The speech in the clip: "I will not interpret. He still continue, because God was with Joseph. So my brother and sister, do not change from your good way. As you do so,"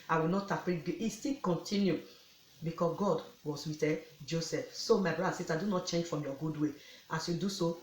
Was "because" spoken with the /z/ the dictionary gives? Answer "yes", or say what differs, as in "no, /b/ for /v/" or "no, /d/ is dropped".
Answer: no, /s/ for /z/